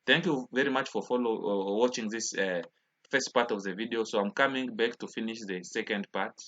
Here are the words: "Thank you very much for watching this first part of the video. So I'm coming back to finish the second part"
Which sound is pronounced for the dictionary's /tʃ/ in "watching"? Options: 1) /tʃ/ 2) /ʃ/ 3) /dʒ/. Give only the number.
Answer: 1